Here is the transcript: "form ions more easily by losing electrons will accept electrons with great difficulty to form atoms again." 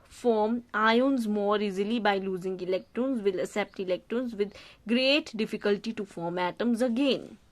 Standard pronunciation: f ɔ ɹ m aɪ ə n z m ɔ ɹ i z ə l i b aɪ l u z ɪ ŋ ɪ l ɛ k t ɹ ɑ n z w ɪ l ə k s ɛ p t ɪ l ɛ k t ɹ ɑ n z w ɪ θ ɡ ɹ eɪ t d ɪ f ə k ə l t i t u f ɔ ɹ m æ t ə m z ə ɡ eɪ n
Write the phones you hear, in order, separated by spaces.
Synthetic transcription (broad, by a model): f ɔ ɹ m aɪ ə n z m ɔ ɹ i z ə l i b aɪ l u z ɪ ŋ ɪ l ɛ k t ɹ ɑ n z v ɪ l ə s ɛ p t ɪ l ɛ k t ɹ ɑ n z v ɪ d ɡ ɹ eɪ t d ɪ f ə k ə l t i t u f ɔ ɹ m æ t ə m z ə ɡ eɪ n